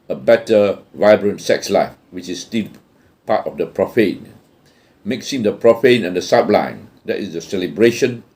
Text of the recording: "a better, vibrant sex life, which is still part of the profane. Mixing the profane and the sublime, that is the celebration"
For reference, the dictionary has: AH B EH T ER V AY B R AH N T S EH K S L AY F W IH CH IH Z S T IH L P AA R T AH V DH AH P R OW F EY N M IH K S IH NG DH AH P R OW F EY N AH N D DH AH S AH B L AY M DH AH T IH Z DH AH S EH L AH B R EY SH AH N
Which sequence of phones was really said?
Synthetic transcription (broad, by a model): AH B EH T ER V AY B R AH N T S EH K S L AY F W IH CH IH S T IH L P AA T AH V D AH P R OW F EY N M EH K S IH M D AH P R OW F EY N AH N D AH S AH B L AY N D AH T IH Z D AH S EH L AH B R EY SH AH N